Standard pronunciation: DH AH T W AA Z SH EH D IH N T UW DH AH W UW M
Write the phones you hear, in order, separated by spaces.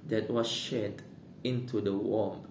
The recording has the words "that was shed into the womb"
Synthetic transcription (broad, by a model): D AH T W AA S SH EH D IH N T UW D AH W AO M